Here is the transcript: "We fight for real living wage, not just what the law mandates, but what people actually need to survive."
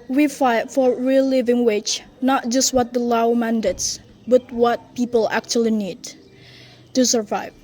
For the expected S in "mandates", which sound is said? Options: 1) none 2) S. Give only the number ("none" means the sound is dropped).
2